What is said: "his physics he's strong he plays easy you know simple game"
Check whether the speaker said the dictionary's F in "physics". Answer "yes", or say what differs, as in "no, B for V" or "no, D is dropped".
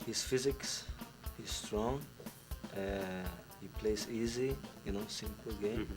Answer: yes